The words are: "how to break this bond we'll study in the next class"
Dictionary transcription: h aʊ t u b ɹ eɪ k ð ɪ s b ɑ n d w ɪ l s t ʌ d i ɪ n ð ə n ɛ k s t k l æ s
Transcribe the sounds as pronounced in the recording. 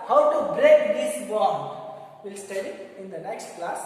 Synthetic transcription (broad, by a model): h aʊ t u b ɹ eɪ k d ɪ s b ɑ d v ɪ l s t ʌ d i ɪ n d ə n ɛ k s t k l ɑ s